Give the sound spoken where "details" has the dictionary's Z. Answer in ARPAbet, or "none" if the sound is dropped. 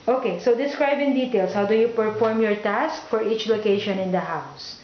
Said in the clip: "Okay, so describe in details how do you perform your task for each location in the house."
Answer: S